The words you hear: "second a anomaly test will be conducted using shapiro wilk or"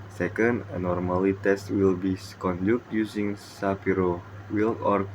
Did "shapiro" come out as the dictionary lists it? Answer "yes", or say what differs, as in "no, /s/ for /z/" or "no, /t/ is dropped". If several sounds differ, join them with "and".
no, /s/ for /ʃ/